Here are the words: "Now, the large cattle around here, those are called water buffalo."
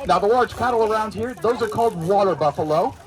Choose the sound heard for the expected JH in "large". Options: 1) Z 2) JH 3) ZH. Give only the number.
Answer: 1